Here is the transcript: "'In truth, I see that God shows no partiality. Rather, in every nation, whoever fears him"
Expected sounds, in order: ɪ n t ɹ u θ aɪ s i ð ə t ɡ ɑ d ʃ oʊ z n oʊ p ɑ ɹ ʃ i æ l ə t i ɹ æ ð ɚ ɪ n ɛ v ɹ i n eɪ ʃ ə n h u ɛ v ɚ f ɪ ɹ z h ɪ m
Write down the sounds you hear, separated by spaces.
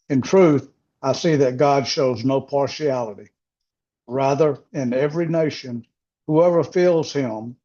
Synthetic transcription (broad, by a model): ɪ n t ɹ u θ aɪ s i ð ə t ɡ ɑ d ʃ oʊ z n oʊ p ɑ ɹ ʃ i æ l ə t i ɹ æ ð ɚ ɪ n ɛ v ɹ i n eɪ ʃ ə n h u ɛ v ɚ f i l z h ɪ m